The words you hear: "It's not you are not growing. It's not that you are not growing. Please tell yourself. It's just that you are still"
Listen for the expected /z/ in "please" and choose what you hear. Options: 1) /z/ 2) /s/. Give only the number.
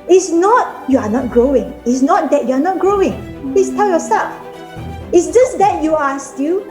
2